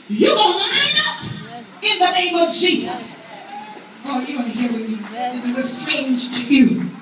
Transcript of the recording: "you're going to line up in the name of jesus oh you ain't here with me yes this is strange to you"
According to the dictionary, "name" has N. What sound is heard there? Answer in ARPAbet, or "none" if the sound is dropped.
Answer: N